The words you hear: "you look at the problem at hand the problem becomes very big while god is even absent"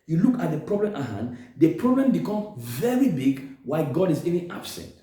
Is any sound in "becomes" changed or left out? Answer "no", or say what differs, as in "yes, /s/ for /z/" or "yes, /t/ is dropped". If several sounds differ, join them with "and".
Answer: yes, /z/ is dropped